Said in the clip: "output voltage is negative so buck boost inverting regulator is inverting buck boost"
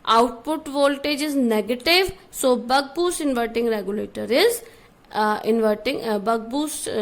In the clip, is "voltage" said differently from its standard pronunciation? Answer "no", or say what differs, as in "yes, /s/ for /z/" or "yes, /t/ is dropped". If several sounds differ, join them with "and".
no